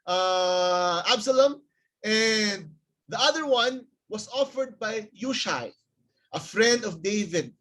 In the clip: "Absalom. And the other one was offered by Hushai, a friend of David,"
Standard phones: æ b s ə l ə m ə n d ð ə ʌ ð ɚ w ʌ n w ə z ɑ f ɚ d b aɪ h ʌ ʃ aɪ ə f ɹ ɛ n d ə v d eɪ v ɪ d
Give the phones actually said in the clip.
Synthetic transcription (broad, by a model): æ b s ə l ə m ə n d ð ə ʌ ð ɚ w ʌ n w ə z ɑ f ɚ d b aɪ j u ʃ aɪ ə f ɹ ɛ n d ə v d eɪ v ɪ d